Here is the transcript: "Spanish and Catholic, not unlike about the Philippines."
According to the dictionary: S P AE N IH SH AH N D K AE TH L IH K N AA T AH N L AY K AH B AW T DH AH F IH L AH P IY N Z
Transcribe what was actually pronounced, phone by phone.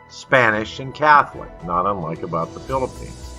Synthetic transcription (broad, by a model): S P AE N IH SH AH N K AE TH L IH K N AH T AH N L AY K AH B AW T DH AH F IH L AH P IY N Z